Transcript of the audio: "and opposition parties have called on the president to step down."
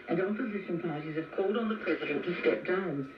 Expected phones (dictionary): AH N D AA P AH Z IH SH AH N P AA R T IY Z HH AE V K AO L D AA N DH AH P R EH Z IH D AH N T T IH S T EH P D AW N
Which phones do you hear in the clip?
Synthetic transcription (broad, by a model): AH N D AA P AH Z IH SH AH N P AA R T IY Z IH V K AO L D N DH AH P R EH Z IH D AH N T T IH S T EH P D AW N